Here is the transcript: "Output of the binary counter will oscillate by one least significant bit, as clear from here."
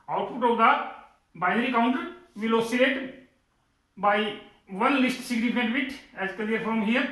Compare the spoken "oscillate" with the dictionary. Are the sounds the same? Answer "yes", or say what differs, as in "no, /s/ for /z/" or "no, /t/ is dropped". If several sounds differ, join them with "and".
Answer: no, /l/ is dropped